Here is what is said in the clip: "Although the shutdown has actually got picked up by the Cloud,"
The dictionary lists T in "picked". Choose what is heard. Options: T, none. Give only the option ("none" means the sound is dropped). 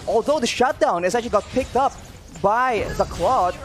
T